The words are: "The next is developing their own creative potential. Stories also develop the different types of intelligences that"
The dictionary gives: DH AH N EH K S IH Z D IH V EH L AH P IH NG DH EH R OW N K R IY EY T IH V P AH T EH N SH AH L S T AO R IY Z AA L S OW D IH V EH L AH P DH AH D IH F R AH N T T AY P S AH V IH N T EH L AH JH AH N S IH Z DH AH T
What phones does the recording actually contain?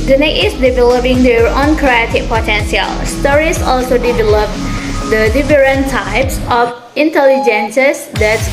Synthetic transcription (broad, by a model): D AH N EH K IH S D IH V EH L AH P IH NG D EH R OW N K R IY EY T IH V P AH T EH N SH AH L S T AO R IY S AA L S OW D IH V EH L AH P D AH D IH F R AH N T T AY P S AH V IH N T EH L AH JH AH N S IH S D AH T